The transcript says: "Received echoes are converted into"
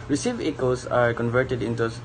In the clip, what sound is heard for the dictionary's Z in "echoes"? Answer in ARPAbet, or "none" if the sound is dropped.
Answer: S